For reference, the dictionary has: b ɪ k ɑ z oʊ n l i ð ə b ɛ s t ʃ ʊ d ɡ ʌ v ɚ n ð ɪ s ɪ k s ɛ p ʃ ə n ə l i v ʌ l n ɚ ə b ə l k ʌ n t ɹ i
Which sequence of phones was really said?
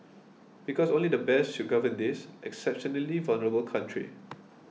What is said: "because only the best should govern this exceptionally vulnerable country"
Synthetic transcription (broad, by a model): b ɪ k ɑ s oʊ n l i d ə b ɛ s t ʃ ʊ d ɡ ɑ v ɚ n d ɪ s ɪ k s ɛ p ʃ ə n ə l i v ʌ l n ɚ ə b ə l k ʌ n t ɹ i